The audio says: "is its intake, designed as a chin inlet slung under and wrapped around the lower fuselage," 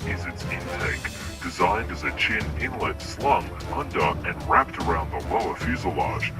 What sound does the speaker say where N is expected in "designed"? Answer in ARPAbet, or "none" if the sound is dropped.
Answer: N